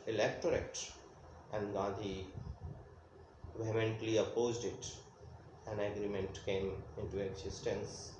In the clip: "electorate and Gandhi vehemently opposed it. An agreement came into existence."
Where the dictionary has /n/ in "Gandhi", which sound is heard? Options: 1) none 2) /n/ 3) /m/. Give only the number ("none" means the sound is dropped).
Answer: 1